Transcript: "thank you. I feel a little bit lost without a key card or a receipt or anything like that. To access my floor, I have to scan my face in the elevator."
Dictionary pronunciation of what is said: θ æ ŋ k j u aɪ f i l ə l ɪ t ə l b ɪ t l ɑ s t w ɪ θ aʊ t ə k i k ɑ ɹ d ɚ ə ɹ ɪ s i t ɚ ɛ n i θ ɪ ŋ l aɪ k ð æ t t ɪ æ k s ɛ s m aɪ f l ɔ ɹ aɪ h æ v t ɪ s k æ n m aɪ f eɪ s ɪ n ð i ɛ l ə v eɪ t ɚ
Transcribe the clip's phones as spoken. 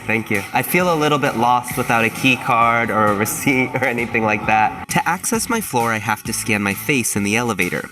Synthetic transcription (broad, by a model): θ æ ŋ k j u aɪ f i l ə l ɪ t l b ɪ t l ɑ s t w ɪ θ aʊ t ə k i k ɑ ɹ d ɚ ə ɹ ɪ s i t ɚ ɛ n i θ ɪ ŋ l aɪ k ð æ t t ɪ æ k s ɛ s m aɪ f l ɔ ɹ aɪ h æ f t ɪ s k æ n m aɪ f eɪ s ɪ n ð i ɛ l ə v eɪ t ɚ